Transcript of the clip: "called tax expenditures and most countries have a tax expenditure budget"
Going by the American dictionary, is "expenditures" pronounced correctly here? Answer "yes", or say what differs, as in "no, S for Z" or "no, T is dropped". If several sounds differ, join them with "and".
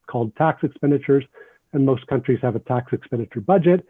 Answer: yes